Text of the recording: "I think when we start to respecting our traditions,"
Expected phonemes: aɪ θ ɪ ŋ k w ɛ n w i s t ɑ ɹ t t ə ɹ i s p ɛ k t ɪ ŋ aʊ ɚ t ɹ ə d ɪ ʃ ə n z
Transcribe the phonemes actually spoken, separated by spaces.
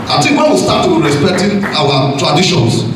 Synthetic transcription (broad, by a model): aɪ t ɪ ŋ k w ɛ n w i s t ɑ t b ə ɹ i s p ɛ k t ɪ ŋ aʊ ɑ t ɹ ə d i ʃ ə n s